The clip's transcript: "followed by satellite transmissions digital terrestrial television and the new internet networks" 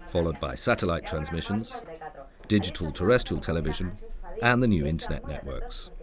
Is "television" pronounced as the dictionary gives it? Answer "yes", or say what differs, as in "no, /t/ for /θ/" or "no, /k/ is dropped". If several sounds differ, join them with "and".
yes